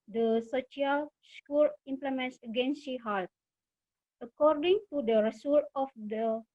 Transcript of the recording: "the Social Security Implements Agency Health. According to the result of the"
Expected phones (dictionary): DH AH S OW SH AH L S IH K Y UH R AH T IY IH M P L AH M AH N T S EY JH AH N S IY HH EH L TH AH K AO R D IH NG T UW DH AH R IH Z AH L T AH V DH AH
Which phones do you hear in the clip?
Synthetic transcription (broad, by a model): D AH S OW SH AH L S K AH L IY M P L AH M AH N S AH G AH N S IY HH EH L T AH K AO R D IH NG T UW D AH R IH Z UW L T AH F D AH